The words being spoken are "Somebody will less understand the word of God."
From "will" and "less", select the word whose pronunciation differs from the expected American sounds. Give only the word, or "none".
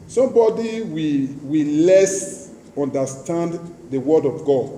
will